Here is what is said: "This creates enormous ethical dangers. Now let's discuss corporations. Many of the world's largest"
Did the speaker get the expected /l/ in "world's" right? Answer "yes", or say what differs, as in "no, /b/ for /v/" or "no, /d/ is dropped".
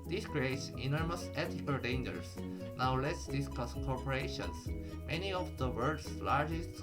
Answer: no, /l/ is dropped